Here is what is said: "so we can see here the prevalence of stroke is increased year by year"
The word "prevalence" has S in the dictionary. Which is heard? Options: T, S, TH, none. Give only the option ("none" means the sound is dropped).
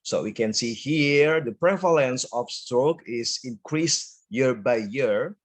S